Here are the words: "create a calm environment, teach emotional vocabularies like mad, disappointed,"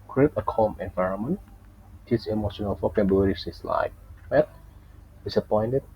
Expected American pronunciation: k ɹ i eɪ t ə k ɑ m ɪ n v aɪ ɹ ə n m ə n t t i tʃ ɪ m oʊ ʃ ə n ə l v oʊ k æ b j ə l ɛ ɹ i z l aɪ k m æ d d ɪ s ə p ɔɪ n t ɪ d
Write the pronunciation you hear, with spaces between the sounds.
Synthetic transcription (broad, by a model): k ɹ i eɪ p ə k ɑ m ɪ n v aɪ ɹ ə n m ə n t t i s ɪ m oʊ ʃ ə n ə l f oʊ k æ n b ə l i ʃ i s l aɪ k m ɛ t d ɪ s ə p ɔɪ n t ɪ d